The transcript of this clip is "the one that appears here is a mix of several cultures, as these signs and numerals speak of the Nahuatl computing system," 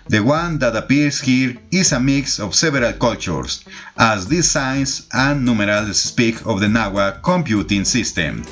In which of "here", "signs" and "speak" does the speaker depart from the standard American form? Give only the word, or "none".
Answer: signs